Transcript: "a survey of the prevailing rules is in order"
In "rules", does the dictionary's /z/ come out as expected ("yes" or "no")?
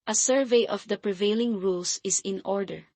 no